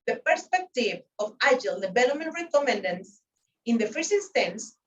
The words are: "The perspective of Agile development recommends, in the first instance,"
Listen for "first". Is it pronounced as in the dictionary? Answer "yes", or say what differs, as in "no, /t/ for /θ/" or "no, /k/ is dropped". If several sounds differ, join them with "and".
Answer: no, /t/ is dropped